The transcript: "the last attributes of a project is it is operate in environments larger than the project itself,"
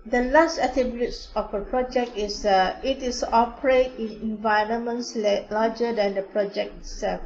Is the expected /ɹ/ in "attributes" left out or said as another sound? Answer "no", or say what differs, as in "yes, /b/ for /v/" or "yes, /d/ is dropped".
yes, /ɹ/ is dropped